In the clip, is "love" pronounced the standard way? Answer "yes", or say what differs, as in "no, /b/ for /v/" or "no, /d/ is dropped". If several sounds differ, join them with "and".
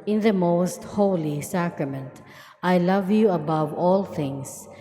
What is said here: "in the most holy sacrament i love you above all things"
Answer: yes